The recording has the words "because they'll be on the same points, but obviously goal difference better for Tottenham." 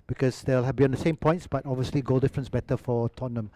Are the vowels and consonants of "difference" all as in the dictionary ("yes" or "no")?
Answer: yes